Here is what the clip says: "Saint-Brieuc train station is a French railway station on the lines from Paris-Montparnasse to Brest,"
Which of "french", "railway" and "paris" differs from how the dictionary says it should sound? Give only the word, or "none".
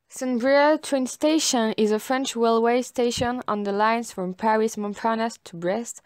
railway